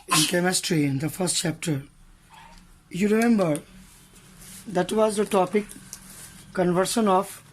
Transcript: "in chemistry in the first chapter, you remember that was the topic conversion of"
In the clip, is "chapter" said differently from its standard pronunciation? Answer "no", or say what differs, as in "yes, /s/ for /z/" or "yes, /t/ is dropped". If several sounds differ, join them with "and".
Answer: no